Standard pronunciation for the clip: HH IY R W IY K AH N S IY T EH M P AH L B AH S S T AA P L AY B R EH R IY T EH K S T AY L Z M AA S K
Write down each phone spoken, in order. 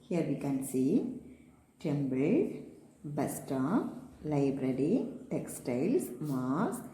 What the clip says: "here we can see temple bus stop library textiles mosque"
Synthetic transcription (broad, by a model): HH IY R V IY K AH N S IY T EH M B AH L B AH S S T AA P L AY B R EH R IY T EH K S T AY L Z M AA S